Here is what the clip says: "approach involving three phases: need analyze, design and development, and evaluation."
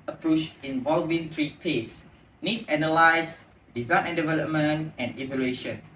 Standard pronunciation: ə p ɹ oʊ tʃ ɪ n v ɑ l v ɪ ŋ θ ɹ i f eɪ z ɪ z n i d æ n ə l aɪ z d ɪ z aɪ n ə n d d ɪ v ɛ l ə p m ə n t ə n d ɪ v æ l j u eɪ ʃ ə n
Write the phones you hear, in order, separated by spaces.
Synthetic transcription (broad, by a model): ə p ɹ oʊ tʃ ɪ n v ɑ l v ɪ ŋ t ɹ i p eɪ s n i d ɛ n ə l aɪ s d ɪ z aɪ n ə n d d ɪ v ɛ l ə p m ə n t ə n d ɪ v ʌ l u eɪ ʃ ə n